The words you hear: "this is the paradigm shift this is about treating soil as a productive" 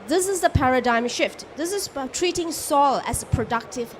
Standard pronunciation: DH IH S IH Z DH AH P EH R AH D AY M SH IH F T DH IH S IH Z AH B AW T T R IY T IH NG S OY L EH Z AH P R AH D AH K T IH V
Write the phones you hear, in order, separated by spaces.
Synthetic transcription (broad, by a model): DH IH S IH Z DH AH P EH R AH D AY M SH IH F T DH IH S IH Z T T R IY T IH NG S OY L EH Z AH P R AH D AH K T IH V